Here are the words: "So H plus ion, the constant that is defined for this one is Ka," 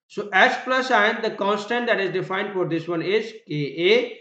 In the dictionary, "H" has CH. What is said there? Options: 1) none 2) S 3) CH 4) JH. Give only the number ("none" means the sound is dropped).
2